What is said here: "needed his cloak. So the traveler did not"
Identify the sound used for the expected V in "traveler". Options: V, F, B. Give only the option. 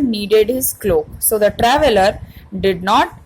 V